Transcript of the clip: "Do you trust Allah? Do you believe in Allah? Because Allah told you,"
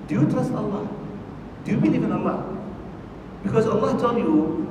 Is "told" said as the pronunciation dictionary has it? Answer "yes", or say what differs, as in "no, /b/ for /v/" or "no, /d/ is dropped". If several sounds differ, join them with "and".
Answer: no, /s/ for /t/